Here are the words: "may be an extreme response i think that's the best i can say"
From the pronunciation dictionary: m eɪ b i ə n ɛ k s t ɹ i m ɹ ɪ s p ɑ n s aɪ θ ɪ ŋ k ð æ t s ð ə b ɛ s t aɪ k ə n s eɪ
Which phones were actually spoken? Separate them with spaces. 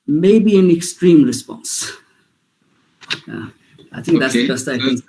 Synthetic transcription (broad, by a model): m eɪ b i ə n ɛ k s t ɹ i m ɹ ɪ s p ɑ n s aɪ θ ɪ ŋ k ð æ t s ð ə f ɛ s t aɪ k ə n